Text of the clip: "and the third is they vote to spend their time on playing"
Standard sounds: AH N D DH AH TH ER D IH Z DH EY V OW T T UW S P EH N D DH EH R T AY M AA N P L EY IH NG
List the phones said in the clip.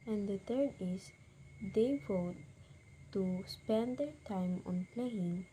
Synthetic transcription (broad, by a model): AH N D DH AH T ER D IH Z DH EY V OW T T UW S P EH N D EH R T AY M AA N P L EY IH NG